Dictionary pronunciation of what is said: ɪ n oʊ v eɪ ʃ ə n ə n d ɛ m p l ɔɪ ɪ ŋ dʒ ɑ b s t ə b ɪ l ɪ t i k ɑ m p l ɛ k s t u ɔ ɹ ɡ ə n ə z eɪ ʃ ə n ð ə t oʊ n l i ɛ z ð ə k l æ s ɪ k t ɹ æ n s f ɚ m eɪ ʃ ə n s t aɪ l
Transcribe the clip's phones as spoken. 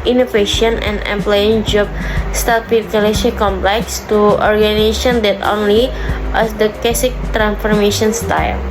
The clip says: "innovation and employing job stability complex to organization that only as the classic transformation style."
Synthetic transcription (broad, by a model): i n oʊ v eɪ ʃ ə n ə n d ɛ m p l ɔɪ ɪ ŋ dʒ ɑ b s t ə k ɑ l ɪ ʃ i k ɑ m p l ɛ k s t u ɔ ɹ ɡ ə n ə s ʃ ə n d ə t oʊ n l i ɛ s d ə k ɛ s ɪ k t ɹ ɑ n s f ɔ m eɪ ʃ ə n s t aɪ l